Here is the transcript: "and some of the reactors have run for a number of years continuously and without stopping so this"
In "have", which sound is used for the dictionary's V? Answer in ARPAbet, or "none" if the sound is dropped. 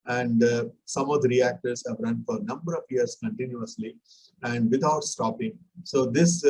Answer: V